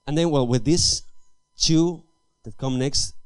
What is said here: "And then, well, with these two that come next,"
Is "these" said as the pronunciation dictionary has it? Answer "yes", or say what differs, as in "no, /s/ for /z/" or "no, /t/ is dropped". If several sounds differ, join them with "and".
no, /s/ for /z/